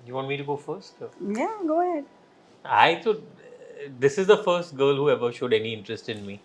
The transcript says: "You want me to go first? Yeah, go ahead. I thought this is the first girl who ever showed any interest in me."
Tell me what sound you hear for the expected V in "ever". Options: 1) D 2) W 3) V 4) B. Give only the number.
3